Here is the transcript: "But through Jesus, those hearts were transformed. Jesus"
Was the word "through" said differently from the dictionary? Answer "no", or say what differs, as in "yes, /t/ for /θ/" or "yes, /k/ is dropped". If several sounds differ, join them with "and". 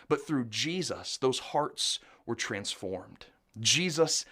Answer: no